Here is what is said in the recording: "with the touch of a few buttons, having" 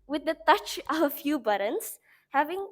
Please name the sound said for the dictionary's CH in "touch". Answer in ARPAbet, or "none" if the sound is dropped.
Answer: CH